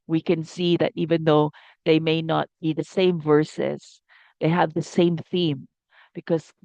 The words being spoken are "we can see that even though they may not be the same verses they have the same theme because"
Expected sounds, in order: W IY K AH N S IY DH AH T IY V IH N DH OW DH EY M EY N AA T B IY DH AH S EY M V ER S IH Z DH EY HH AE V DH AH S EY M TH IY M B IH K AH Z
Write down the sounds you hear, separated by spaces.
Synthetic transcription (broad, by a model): W IY K AH N S IY DH AH T IY V IH N DH OW DH EY M EY N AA T B IY DH AH S EY M V ER S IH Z DH EY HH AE V DH AH S EY M TH IY M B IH K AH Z